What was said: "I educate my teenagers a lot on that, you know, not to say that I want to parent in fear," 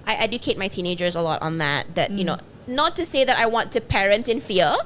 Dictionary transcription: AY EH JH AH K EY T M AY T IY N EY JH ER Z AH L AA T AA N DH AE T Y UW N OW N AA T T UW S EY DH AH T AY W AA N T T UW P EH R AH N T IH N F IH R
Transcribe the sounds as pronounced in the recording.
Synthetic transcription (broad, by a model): AY EH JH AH K EY T M AY T IY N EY JH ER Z AH L AA T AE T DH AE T Y UW N OW N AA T T UW S EY DH AH T AY W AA N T T UW P EH R AH N T IH N F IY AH